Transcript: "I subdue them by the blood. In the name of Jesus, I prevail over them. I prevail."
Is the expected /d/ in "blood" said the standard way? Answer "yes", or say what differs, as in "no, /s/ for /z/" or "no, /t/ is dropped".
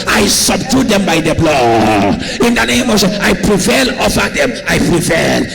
no, /d/ is dropped